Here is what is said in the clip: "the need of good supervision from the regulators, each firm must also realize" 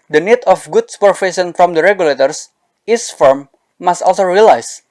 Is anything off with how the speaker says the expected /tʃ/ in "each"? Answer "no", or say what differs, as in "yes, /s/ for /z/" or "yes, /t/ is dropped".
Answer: yes, /s/ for /tʃ/